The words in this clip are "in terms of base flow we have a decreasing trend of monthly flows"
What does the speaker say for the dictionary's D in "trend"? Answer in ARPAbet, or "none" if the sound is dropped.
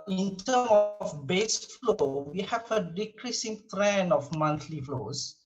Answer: none